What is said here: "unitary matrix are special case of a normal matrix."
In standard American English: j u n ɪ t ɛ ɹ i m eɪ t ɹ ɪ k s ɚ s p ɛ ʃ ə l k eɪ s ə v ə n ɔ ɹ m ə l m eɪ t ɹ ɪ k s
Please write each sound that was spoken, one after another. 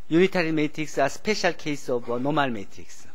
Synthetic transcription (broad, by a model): j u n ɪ t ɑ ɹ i m eɪ t ɹ ɪ k s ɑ s p ɛ ʃ ə l k eɪ s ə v n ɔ m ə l m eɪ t ɹ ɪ k s